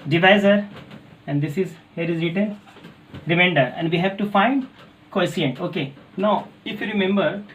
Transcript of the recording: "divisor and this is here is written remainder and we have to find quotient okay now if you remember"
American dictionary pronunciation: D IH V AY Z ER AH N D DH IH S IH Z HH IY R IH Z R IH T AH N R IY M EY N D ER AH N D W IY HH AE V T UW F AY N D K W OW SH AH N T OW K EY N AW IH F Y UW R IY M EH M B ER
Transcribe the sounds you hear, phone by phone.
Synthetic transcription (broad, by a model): D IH V AY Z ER AH N D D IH S IH Z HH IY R IH Z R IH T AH L R IY M EY N D ER AH N D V IY HH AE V T UW F AY N D K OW S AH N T OW K EY N AW IH F Y UW R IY M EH M B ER